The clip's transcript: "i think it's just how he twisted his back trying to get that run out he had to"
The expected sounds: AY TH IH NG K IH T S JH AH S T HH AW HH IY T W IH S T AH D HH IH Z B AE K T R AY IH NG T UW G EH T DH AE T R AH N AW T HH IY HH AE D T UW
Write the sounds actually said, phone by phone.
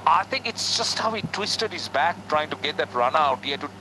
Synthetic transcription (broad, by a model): AY T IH NG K IH T S JH AH S T HH AW HH IY T W IH S T AH D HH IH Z B AE K T R AY IH NG T UW G EH T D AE T R AH N AW T HH IY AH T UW